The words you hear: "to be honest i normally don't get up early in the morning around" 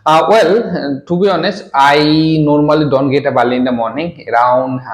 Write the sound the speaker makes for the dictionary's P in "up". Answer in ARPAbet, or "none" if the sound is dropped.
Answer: B